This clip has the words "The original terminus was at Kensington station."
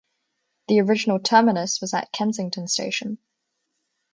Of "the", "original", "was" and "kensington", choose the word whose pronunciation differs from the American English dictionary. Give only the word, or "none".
none